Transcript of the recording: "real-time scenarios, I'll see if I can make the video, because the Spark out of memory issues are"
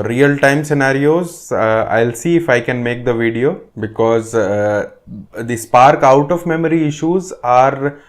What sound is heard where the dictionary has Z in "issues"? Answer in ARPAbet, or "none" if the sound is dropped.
Z